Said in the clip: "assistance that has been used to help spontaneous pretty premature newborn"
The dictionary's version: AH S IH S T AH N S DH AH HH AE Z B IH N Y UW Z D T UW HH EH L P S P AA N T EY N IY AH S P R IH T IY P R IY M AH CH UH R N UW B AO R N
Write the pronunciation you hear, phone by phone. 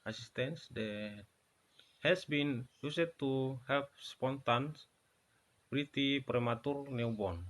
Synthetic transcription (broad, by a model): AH S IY S T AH N S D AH HH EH S B IH N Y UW S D T UW HH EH L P S P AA N T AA N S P R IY T IY P R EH M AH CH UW R N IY B AO N